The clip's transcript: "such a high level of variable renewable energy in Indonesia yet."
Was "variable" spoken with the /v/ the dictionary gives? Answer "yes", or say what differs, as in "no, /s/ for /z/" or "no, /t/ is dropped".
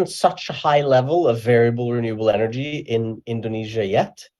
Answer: yes